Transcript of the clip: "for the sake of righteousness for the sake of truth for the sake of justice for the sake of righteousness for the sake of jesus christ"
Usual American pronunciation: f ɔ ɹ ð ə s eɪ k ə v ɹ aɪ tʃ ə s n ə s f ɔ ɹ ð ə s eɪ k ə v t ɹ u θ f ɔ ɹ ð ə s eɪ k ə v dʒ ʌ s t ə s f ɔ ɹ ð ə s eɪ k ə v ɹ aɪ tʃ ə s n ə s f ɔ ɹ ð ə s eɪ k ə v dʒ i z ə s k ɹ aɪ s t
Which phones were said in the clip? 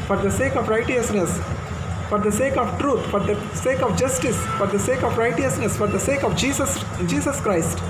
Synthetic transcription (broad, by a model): f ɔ ɹ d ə s eɪ k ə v ɹ aɪ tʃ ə s n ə s f ɔ ɹ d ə s eɪ k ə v t ɹ u t f ɔ ɹ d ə s eɪ k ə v dʒ ʌ s t ə s f ɔ ɹ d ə s eɪ k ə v ɹ aɪ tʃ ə s n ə s f ɔ ɹ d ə s eɪ k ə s dʒ i s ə s k ɹ aɪ s t